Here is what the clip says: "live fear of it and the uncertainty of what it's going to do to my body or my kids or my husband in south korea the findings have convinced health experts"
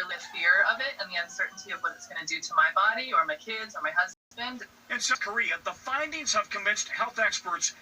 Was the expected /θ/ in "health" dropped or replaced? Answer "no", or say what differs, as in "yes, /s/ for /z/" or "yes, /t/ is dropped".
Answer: no